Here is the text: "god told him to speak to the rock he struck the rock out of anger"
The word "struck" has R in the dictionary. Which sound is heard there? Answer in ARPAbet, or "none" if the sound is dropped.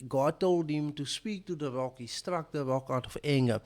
R